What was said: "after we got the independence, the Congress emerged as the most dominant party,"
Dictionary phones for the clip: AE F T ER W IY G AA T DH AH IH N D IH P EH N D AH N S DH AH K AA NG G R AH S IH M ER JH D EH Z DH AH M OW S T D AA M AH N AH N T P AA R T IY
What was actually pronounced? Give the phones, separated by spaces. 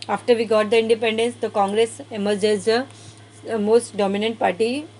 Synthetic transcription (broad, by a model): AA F T ER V IY G AA T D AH IH N D IH P EH N D AH N S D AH K AA NG G R AH S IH M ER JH EH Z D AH M OW S T D AA M AH N AH N T P AA R T IY